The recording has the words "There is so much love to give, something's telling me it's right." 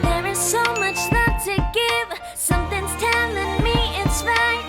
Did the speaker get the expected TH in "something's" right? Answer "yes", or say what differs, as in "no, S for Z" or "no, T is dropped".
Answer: yes